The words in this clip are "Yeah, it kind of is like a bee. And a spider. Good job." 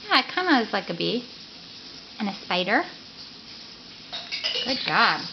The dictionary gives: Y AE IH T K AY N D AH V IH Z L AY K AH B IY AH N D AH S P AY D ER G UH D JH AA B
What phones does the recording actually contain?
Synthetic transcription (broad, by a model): Y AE IH T K AY N D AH W IH Z L AY K AH B IY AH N AH S P AY D ER G UH D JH AA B